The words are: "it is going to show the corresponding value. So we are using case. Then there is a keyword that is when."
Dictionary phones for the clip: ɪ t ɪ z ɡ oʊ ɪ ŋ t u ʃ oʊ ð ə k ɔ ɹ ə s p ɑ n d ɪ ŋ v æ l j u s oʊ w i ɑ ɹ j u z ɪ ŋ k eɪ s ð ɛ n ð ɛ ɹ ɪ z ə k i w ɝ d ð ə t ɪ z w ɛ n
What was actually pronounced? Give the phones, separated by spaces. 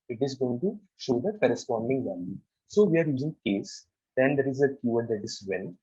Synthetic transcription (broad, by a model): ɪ t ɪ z ɡ oʊ ɪ ŋ t u ʃ oʊ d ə k ɔ ɹ ə s p ɑ n d ɪ ŋ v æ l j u s oʊ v i ɑ ɹ j u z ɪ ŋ k eɪ s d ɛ n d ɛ ɹ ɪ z ə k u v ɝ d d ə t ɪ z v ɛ n